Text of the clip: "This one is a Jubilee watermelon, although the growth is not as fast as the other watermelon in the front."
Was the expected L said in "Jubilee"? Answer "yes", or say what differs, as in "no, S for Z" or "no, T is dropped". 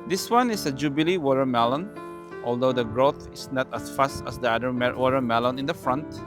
yes